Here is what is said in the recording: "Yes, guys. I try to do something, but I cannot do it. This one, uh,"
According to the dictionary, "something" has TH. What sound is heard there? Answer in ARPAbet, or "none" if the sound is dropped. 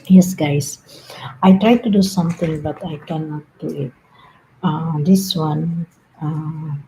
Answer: T